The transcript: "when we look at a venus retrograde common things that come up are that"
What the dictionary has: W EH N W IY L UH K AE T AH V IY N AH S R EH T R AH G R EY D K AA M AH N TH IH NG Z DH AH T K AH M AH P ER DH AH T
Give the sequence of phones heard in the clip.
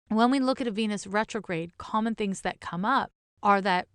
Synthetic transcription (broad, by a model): W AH N W IY L UH K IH T AH V IY N AH S R EH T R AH G R EY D K AA M AH N TH IH NG Z DH AH T K AH M AH P ER DH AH T